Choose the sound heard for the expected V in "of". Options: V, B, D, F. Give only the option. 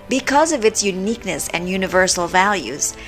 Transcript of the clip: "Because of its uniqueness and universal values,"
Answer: V